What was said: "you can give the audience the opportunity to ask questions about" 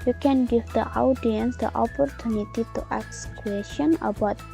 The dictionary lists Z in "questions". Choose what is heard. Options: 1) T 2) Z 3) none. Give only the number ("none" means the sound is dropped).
3